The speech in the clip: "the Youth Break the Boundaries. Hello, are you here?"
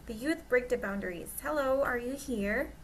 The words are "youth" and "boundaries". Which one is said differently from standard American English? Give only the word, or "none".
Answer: none